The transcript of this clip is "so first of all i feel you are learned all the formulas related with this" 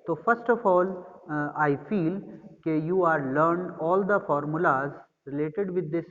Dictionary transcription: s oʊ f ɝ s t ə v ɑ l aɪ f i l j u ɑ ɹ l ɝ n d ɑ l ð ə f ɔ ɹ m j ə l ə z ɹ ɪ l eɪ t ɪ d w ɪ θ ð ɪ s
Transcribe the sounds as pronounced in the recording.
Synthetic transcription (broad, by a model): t oʊ f ɝ s t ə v ɑ l aɪ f i l j u ɑ ɹ l ɝ n d ɑ l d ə f ɔ ɹ m j ə l ə z ɹ ɪ l eɪ t ɪ d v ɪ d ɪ s